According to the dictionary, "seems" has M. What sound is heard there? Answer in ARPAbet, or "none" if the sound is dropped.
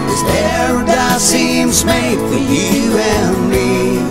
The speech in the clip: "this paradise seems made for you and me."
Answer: M